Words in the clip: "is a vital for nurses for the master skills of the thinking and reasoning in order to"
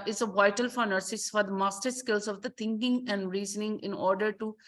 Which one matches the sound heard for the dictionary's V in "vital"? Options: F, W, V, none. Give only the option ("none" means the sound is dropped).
V